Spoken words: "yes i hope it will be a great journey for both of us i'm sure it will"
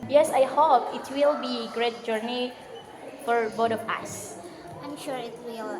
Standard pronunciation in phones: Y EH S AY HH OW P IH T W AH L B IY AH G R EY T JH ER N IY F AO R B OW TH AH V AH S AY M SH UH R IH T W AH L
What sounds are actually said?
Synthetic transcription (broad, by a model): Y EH S AY HH OW P IH T W AH L B IY G R EY T JH ER N IY F AO R B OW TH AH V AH S AY M SH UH R IH T W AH L